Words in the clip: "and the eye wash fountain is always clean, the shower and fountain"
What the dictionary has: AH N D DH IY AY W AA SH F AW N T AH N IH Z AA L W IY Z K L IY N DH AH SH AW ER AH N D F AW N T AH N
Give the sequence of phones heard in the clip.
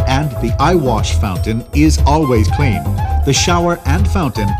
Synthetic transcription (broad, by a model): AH N DH IY AY W AA SH F AW N T AH N IH Z AA L W IY Z K L IY N DH AH SH AW ER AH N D F AW N T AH N